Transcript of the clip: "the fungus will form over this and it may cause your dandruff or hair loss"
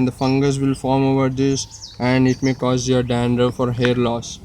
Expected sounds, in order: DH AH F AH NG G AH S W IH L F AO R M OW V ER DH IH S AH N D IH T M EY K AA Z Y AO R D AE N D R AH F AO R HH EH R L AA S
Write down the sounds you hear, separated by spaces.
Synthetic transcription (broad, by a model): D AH F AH NG G AH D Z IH L F AO R M OW V ER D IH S AH N D IH T M EY K AA Z Y AO R D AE N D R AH F AO R HH EH R L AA S